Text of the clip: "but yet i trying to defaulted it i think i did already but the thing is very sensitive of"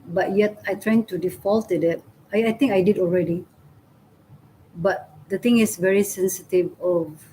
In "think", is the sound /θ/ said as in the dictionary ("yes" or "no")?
no